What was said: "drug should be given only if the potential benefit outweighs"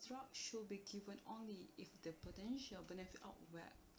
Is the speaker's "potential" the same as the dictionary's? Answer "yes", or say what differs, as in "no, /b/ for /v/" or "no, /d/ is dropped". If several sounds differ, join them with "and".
yes